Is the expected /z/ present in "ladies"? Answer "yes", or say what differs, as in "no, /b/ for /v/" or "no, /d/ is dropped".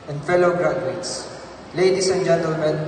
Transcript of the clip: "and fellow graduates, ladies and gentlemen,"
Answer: no, /s/ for /z/